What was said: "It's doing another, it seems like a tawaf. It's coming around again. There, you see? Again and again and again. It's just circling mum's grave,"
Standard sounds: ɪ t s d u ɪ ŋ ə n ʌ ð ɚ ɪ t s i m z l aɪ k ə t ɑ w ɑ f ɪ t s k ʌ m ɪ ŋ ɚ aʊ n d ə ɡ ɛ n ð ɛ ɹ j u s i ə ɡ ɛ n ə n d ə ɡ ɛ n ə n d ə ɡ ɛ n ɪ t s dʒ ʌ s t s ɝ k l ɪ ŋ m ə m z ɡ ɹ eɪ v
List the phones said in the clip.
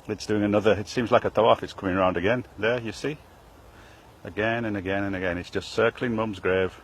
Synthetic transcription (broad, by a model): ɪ t s d u ɪ ŋ ə n ʌ ð ɚ ɪ t s i m z l aɪ k ə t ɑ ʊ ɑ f ɪ t s k ʌ m ɪ ŋ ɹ aʊ n d ə ɡ ɛ n ð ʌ ɹ j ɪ s i ə ɡ ɛ n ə n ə ɡ ɛ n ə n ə ɡ ɛ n ɪ t s dʒ ʌ s t s ɝ k l ɪ ŋ m ə m z ɡ ɹ eɪ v